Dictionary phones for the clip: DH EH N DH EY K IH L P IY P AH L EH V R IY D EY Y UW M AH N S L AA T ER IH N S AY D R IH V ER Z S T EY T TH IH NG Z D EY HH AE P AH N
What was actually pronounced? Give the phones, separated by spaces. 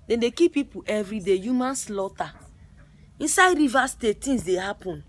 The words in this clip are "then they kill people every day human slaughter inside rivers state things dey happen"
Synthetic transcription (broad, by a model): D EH N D EY K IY P IY P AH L EH V R IY D EY Y UW M AH N S L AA T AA IH N S AY D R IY V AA S T EY T T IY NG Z D EY HH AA P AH N